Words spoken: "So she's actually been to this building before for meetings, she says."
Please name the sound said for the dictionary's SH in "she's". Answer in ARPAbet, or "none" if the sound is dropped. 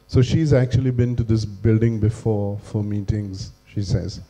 SH